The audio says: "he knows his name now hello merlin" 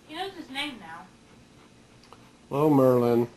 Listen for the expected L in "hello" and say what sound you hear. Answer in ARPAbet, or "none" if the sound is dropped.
none